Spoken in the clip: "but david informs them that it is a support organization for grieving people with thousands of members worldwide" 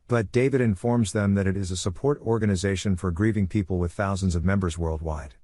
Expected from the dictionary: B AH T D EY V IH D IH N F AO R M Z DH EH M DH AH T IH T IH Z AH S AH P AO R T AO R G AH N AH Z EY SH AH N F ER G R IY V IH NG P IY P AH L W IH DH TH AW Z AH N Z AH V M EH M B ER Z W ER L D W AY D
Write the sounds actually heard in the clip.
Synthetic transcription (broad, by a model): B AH T D EY V IH D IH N F AO R M Z DH EH M DH AH T IH T IH Z AH S AH P AO R T AO R G AH N AH Z EY SH AH N F ER G R IY V IH NG P IY P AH L W IH DH TH AW Z AH N Z AH V M EH M B ER Z W ER L D W AY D